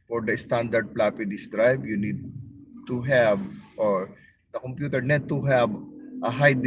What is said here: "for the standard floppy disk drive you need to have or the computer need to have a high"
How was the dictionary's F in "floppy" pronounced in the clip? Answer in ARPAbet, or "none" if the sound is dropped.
P